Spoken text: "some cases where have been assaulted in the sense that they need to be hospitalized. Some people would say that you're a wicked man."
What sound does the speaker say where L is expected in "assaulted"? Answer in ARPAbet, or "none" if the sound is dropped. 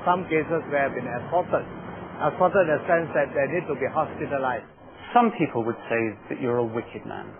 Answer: none